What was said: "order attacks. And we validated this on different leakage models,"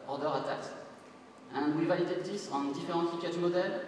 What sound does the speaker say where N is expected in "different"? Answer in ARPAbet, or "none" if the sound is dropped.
none